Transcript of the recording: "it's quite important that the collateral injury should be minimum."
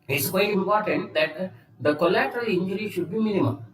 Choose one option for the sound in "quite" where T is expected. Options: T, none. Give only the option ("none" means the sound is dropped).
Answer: none